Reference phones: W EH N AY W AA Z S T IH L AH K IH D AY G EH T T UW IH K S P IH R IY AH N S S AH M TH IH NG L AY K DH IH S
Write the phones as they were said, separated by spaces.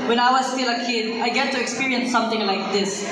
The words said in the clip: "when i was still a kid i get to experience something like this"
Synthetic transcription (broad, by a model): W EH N AY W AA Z S T IH L AH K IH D AY G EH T T UW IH K S P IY R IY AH N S S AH M T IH NG L AY K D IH S